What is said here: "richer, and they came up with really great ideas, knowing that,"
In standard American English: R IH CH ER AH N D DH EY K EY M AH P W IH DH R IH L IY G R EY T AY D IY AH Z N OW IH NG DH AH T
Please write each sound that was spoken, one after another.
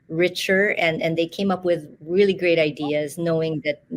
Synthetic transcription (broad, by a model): R IH CH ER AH N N DH EY K EY M AH P W IH DH R IH L IY G R EY T AY D IY AH Z N OW IH NG DH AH T